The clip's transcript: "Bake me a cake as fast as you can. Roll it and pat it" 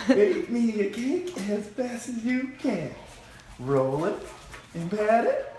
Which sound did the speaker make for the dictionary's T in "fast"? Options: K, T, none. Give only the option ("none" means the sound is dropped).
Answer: none